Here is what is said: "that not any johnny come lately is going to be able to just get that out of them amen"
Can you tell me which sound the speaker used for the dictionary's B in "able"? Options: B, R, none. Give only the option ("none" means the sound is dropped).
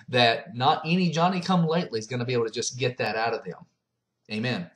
none